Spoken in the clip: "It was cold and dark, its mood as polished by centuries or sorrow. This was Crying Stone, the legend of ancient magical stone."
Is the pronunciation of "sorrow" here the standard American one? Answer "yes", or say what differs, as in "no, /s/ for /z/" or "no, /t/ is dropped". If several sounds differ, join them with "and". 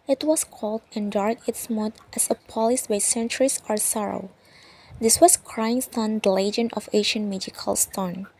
yes